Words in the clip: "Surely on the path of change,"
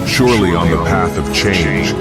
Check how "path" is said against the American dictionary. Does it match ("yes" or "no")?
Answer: yes